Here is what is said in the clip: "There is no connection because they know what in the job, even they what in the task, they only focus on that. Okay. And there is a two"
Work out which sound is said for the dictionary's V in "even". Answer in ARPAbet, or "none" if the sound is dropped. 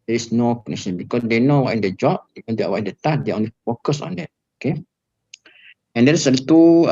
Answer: none